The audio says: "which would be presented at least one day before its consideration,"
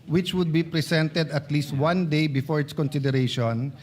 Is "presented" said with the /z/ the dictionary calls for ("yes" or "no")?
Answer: no